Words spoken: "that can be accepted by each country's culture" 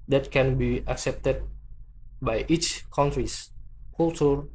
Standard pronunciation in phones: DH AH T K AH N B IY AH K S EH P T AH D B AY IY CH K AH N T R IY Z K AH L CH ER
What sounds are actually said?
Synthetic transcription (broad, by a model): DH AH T K AH N B IY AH K S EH P T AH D B AY IY CH K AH N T R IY S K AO L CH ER